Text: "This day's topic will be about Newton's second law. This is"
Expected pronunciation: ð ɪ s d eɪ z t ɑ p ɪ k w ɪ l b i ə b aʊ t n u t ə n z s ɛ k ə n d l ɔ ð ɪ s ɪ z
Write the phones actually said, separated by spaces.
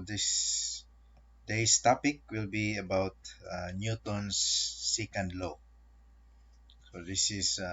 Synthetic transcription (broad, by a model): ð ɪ s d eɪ s t ɑ p ɪ k w ɪ l b i ə b aʊ t n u t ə n s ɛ k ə n d l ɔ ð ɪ s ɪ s